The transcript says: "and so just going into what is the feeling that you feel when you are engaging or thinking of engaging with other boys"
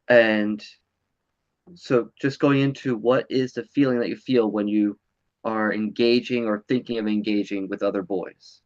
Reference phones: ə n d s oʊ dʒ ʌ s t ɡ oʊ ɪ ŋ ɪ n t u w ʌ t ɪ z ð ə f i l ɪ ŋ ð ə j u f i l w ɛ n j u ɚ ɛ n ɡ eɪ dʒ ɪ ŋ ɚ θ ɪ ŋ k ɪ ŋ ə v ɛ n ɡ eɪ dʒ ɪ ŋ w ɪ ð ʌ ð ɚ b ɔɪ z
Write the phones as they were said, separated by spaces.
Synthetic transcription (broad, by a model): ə n s oʊ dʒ ʌ s ɡ oʊ ɪ ŋ ɪ n t u w ʌ t ɪ z ð ə f i l ɪ ŋ ð ə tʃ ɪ f i l w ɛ n j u ɚ ɛ n ɡ eɪ dʒ ɪ ŋ ɚ θ ɪ ŋ k ɪ ŋ ə v ɛ n ɡ eɪ dʒ ɪ ŋ w ɪ ð ʌ ð ɚ b ɔɪ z